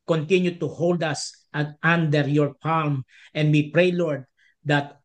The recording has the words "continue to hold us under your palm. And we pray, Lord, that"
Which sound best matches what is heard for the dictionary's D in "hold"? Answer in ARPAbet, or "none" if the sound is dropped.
D